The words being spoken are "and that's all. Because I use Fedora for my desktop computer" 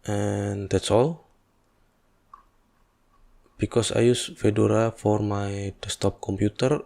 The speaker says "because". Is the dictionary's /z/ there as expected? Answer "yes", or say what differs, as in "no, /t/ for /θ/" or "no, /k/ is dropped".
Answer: no, /s/ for /z/